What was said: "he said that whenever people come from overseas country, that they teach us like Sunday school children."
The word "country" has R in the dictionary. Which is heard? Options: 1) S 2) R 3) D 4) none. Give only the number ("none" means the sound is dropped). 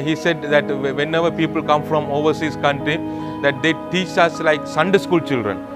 2